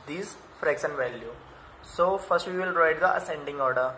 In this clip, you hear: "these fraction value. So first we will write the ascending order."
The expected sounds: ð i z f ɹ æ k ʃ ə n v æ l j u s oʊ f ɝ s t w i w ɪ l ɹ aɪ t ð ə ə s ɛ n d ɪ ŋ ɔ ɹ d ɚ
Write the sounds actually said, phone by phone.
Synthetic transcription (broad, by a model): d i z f ɹ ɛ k s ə n v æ l j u s oʊ f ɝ s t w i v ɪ l ɹ aɪ t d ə ə s ɛ n d ɪ ŋ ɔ ɹ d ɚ